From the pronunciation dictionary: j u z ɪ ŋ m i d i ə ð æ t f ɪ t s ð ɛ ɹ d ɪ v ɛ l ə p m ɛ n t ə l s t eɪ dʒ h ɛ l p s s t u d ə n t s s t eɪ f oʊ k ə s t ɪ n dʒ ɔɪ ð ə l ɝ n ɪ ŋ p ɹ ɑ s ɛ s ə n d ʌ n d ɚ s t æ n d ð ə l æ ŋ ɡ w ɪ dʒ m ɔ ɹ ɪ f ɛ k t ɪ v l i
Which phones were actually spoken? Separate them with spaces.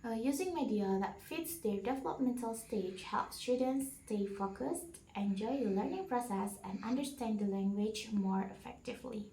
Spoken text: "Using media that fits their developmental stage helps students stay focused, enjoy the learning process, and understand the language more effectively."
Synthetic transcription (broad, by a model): j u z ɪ ŋ m i d i ə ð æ t f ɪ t s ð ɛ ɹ d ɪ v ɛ l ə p m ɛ n t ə l s t eɪ dʒ h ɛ l p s s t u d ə n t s s t eɪ f oʊ k ə s t ɪ n dʒ ɔɪ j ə l ɝ n ɪ ŋ p ɹ ɑ s ɛ s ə n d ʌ n d ɚ s t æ n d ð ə l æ ŋ ɡ w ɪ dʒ m ɔ ɹ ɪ f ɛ k t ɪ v l i